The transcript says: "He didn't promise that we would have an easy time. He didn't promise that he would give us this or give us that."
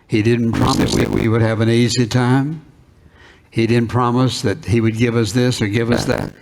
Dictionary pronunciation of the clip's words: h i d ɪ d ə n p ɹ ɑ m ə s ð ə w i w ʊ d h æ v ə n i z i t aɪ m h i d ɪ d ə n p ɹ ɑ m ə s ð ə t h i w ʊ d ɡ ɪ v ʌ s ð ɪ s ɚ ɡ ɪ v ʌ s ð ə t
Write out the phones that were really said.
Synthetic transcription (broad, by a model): h i d ɪ d n p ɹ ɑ m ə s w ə w i w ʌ d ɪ v ə n i z i t aɪ m h i d ɪ d n p ɹ ɑ m ə s ð ə t h i w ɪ d ɡ ɪ v ʌ s ð ɪ s ɚ ɡ ɪ v ʌ s ð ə t